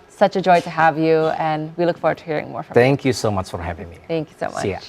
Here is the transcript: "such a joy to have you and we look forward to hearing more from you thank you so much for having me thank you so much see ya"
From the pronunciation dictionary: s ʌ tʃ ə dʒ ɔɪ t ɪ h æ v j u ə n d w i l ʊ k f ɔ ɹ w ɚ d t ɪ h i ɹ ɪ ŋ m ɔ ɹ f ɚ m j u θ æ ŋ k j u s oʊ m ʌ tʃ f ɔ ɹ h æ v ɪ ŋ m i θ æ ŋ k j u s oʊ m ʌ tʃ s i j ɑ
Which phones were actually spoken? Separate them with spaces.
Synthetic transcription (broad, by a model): s ʌ tʃ ə dʒ ɔɪ t ɪ h æ v j u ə n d w i l ʊ k f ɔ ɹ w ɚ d t ɪ h i ɹ ɪ ŋ m ɔ ɹ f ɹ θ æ ŋ k j u s oʊ m ʌ tʃ f ɔ ɹ h æ v ɪ ŋ m i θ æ ŋ k j u s oʊ m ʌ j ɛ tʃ